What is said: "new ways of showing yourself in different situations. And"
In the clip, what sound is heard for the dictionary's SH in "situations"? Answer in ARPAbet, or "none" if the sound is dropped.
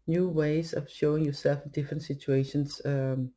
none